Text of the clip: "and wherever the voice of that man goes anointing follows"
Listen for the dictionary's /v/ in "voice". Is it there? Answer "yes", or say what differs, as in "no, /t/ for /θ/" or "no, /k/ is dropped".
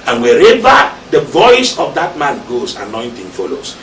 yes